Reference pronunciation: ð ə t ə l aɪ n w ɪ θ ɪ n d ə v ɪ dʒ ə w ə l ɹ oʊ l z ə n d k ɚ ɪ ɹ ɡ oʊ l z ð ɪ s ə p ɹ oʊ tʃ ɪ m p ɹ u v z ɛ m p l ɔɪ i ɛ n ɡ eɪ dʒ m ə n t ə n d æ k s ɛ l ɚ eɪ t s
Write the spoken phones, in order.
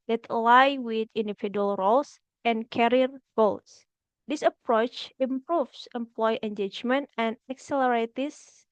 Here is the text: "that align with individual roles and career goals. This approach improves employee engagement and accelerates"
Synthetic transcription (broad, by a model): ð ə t l aɪ w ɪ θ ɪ n d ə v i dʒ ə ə l ɹ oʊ l s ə n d k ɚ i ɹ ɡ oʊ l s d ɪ s ə p ɹ oʊ tʃ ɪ m p ɹ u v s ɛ m p l ɔɪ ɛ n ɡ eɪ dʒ m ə n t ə n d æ k s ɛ l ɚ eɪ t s